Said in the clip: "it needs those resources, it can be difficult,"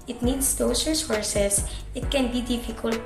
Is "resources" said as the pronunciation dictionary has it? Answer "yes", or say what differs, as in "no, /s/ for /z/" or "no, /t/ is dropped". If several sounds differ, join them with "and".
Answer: no, /s/ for /z/